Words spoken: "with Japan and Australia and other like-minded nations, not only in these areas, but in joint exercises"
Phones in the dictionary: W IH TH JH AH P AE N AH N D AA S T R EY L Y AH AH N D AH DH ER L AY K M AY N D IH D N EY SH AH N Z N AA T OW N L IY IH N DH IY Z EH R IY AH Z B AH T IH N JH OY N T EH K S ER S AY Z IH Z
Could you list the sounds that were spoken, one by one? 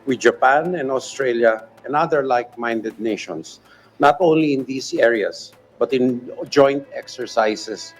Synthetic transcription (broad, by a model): W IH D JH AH P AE N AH N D AA S T R EY L Y AH AH N D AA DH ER L AY K M AY N D IH D N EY SH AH N S N AA T OW N L IY IH N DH IY S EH R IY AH S B AH T IH N JH OY N T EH K S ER S AY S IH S